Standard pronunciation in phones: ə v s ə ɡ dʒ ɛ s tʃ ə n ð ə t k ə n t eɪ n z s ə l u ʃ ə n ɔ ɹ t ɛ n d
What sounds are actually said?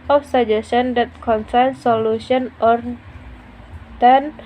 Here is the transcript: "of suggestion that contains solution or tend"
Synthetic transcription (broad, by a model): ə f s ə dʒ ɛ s ə n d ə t k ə n s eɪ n s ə l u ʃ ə n ɔ ɹ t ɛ n